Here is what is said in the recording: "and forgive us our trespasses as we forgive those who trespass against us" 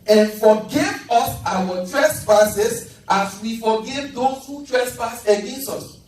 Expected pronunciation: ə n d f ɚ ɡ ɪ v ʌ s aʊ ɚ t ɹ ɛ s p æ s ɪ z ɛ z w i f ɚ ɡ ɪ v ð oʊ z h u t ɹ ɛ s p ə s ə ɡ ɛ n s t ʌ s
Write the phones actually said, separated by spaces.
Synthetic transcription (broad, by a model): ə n f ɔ ɡ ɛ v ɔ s aʊ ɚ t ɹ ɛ s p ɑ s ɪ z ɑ s w i f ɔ ɡ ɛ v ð oʊ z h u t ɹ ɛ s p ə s ə ɡ ɛ n s t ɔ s